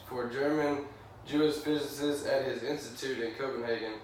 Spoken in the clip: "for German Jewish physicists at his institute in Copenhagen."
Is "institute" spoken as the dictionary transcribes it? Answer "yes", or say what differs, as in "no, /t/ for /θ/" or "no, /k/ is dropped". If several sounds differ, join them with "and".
yes